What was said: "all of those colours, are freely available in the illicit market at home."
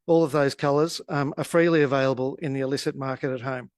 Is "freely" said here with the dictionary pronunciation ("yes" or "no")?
yes